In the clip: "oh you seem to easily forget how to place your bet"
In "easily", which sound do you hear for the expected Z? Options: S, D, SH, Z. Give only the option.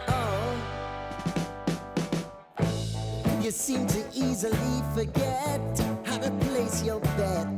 Z